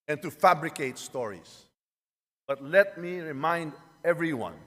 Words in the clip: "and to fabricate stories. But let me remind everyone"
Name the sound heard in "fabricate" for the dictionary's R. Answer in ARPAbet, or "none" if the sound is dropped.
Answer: R